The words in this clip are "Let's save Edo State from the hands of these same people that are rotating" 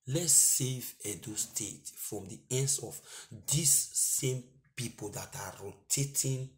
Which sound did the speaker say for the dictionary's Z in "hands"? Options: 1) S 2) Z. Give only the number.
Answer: 1